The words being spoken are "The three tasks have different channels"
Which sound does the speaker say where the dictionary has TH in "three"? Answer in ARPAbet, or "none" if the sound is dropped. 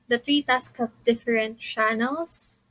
T